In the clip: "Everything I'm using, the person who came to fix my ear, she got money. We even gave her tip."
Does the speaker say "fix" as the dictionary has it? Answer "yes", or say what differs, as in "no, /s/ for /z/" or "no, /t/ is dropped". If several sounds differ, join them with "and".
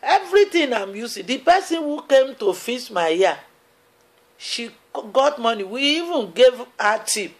no, /k/ is dropped